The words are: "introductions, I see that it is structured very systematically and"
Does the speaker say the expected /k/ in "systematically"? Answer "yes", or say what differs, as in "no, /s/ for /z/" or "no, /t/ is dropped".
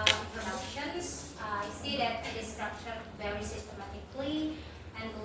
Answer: yes